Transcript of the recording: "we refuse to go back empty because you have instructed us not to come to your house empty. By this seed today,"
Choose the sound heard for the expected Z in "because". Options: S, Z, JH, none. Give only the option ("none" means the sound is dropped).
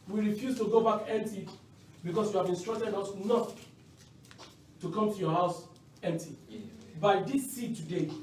S